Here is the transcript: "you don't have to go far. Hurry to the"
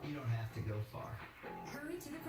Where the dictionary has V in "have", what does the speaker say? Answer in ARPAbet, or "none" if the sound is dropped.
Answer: F